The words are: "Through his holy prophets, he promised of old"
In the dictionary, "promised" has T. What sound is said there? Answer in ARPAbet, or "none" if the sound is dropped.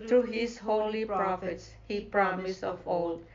none